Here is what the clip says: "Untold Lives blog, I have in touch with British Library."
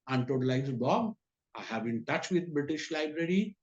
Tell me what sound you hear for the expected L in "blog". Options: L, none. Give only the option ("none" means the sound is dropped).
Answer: none